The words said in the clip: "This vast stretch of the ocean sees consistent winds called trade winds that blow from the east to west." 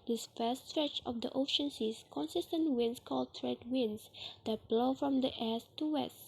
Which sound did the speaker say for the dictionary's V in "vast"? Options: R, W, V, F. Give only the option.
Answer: F